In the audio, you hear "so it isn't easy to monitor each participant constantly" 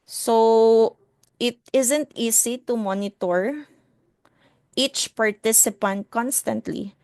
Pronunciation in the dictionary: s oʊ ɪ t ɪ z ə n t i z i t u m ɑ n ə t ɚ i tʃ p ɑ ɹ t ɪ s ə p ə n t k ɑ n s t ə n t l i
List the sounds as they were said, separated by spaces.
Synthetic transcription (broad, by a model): s oʊ ɪ t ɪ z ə n t i s i t u m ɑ n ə t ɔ i tʃ p ɑ ɹ t ɪ s ə p ə n t k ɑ n s t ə n t l i